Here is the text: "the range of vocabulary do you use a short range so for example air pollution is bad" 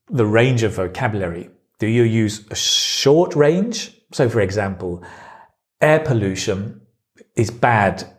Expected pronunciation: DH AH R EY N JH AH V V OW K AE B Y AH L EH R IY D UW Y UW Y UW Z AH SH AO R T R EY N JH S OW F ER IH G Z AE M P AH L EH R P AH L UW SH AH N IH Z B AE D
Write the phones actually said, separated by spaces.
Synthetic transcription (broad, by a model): DH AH R EY N JH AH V V OW K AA B Y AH L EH R IY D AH Y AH Y UW Z AH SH AO T R EY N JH S OW F ER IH G Z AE M P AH L EH P AH L UW SH AH N IH Z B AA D